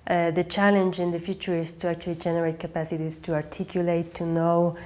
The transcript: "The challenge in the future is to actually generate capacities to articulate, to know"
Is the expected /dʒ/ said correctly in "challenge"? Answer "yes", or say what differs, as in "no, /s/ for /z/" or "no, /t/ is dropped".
yes